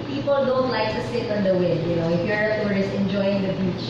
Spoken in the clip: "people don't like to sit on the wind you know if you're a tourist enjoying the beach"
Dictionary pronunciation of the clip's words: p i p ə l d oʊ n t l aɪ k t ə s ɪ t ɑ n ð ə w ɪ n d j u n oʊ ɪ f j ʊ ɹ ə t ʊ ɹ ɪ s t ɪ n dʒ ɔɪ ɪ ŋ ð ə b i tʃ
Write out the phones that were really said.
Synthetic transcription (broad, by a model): p i p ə l d oʊ n t l aɪ k t ə s ɪ t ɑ n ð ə w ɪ d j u n oʊ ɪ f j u ə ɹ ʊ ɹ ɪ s ɪ n dʒ ɔɪ ɪ ŋ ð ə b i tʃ